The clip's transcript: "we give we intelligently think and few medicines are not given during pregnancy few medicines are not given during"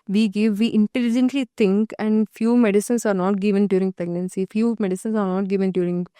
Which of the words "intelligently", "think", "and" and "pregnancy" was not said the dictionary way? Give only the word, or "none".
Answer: think